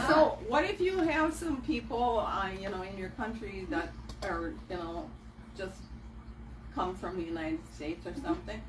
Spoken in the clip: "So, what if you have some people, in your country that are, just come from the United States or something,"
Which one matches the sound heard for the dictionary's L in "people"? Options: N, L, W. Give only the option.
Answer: N